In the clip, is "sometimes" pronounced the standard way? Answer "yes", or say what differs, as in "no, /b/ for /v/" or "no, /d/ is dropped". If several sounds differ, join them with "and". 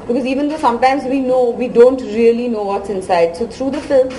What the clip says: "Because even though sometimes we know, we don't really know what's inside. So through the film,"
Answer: yes